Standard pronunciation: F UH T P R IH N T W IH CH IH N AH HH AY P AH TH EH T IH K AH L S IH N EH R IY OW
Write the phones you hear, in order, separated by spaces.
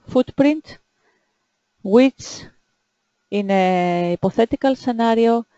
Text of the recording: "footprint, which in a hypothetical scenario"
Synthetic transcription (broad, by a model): F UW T P R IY N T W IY S IH N AH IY P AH TH EH T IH K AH L S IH N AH R IY OW